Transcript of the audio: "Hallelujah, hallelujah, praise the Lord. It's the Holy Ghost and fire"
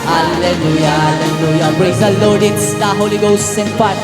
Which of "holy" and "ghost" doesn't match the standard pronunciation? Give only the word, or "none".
ghost